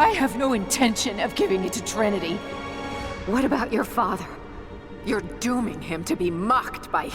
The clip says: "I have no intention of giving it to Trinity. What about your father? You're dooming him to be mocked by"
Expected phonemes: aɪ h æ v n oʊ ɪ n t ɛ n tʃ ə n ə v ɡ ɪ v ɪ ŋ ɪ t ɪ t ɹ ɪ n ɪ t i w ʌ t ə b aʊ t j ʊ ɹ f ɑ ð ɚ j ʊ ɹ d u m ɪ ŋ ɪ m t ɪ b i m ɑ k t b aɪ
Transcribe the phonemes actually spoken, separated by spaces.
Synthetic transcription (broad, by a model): aɪ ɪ v n oʊ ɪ n t ɛ n ʃ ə n ə v ɡ ɪ v ɪ ŋ ɪ t ɪ t ɹ ɪ n ɪ t i w ʌ t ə b aʊ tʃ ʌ ɹ f ɑ ð ɚ j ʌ ɹ d u m ɪ ŋ ɪ m t ɪ b i m ɑ k t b aɪ